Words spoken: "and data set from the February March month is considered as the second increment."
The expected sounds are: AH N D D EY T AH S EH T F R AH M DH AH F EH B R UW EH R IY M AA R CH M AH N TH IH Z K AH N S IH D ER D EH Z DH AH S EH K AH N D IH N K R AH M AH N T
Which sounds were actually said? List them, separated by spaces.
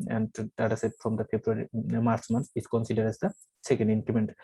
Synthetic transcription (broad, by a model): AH N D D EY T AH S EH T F R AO M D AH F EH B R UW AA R IY M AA R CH M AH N S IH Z K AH N S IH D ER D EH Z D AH S EH K AH N D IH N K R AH M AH N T